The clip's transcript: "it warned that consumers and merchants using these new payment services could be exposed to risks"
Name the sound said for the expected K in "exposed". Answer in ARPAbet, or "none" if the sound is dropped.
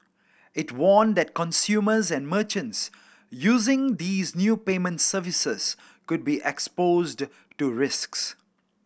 K